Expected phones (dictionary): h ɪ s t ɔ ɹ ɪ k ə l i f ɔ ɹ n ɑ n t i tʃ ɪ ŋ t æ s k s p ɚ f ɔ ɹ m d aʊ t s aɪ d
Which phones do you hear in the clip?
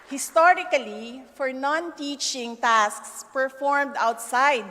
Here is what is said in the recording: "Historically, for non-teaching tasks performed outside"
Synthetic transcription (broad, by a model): h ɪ s t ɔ ɹ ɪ k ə l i f ɔ ɹ n ɑ n t i tʃ ɪ ŋ t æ s k s p ɚ f ɔ ɹ m d aʊ t s aɪ d